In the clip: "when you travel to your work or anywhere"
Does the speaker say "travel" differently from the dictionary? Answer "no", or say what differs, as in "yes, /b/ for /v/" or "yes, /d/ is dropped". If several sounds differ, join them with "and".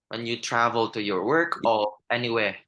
no